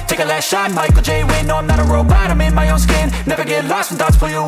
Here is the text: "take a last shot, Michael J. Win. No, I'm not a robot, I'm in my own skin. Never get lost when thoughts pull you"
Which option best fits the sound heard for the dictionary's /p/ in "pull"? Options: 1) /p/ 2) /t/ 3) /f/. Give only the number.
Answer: 3